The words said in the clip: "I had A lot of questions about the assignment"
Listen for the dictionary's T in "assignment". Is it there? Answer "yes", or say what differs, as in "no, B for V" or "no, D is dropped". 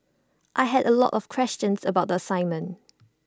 no, T is dropped